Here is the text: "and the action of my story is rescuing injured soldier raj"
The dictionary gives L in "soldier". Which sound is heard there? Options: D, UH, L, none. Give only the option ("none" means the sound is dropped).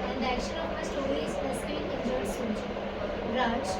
none